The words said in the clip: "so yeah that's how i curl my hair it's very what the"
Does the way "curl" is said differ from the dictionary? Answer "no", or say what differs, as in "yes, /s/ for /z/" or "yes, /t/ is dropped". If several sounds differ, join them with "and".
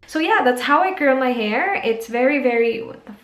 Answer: yes, /n/ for /l/